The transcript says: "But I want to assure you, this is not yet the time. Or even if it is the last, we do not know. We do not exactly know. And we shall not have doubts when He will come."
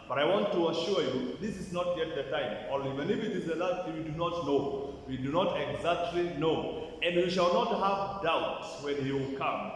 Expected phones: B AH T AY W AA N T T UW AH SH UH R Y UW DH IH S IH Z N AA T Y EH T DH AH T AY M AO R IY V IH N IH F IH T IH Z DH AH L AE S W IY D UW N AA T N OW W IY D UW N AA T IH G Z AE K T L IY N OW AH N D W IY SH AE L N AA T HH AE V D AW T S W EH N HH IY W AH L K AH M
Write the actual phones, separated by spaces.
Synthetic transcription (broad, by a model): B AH T AY W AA N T T UW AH SH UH R Y UW DH IH S IH Z N AA T Y EH T DH AH T AY M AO L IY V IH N IH F IH T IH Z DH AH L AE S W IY D UW N AA T N OW W IY D UW N AA T IH G Z AE K T L IY N OW AH N D W IY SH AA L N AA T HH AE V D AW T S W EH N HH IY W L K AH M